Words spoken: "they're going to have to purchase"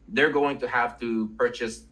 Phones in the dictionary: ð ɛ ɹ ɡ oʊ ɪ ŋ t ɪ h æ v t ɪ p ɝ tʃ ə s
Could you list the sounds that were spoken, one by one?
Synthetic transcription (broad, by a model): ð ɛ ɹ ɡ oʊ ɪ ŋ t ɪ h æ f t ɪ p ɝ tʃ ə s